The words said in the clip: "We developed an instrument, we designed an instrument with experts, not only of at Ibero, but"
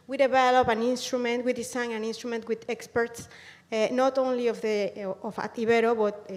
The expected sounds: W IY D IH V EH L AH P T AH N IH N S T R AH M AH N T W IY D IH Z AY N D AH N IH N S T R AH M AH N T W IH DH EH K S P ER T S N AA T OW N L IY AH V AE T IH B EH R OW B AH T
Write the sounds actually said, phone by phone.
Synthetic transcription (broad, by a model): W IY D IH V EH L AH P AH N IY N S T R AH M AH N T W IY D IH S AY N AH N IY N S T R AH M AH N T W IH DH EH K S P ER T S N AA T OW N L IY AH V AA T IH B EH R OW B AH T